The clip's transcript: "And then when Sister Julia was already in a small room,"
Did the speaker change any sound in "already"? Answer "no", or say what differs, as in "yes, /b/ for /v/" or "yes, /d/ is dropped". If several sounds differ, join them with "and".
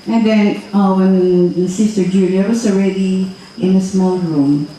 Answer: no